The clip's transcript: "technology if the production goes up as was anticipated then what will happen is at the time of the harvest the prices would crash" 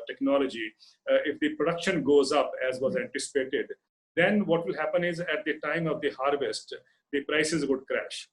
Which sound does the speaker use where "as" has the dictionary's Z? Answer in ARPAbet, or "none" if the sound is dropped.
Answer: Z